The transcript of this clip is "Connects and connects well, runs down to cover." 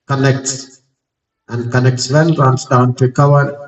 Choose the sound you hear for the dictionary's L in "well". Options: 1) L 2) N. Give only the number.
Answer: 2